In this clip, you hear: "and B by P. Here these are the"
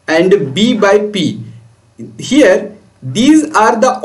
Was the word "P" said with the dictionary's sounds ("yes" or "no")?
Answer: yes